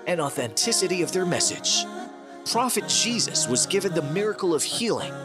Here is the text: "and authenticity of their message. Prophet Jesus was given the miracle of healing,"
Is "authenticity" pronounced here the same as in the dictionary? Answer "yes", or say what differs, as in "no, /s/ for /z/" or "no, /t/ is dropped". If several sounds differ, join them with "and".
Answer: yes